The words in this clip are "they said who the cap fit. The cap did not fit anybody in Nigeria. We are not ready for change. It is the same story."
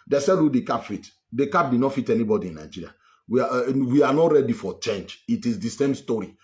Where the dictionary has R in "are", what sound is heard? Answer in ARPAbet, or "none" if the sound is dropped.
W